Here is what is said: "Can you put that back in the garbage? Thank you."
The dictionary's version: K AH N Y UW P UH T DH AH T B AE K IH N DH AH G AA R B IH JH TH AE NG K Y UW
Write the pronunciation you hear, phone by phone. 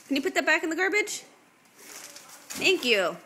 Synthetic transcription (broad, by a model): K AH N Y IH P UH T DH AH T B AE K IH N DH AH G AA R B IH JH TH AE NG K Y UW